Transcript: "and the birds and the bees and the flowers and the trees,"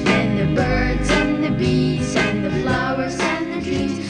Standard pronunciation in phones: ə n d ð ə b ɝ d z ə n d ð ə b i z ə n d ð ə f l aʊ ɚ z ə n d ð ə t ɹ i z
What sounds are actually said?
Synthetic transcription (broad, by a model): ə n ð ə b ɝ d z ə n ð ə b i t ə n ð ə f l aʊ ɚ z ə n ð ə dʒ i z